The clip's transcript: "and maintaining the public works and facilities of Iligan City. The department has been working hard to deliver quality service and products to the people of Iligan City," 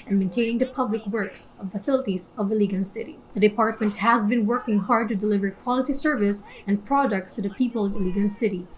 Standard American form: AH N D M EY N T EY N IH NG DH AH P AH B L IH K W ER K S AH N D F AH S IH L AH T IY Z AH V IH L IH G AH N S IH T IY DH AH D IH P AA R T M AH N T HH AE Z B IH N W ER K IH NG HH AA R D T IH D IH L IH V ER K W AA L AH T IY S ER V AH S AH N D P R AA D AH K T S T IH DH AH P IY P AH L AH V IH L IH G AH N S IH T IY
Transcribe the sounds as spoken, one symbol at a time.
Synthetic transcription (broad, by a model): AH N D M EY N T EY N IH NG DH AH P AH B L IH K W ER K S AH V F AH S IH L AH T IY Z AH V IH L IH G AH N S IH T IY DH AH D IH P AA R T M AH N T HH AE Z B IH N W ER K IH NG HH AA R D T IH D IH L IH V ER K W AA L AH T IY S ER V AH S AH N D P R AA D AH K T S T IH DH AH P IY P AH L AH V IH L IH G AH N S IH T IY